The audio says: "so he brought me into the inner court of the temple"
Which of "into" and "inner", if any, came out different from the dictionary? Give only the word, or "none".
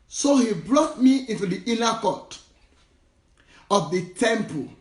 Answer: inner